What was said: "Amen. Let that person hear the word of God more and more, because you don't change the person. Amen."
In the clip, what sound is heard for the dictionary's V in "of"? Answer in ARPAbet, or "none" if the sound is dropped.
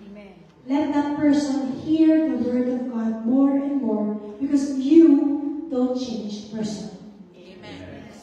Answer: V